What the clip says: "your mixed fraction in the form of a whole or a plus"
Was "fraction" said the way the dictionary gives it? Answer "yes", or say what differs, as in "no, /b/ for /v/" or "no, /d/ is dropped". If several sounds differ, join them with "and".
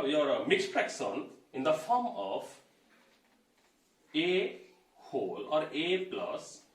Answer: no, /s/ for /ʃ/